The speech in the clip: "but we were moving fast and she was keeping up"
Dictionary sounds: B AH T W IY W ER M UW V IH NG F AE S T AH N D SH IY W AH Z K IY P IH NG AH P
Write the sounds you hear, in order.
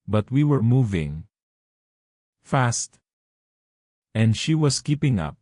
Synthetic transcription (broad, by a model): B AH T W IY W ER M UW V IH NG F AE S T AH N D SH IY W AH S K IY P IH NG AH P